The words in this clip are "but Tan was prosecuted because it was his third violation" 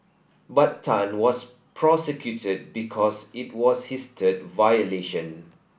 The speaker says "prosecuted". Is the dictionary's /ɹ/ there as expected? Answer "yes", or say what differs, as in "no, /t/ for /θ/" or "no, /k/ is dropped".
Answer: yes